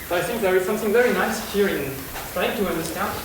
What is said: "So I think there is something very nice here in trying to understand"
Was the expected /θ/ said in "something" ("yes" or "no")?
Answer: yes